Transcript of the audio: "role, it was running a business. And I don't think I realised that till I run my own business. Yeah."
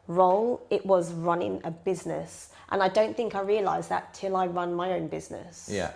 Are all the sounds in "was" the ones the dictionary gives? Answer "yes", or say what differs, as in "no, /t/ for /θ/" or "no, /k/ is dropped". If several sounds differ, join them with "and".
yes